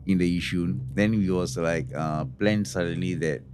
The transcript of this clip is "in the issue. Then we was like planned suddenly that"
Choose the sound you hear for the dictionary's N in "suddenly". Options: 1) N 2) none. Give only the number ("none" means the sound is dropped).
1